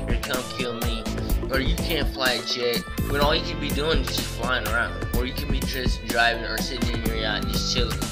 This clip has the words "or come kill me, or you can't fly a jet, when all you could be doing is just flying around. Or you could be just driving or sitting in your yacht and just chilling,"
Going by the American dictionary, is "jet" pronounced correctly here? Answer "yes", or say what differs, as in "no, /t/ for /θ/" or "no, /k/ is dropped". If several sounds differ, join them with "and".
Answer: no, /tʃ/ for /dʒ/